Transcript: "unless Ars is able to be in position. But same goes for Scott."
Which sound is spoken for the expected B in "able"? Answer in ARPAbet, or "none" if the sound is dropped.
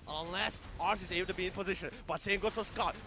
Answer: none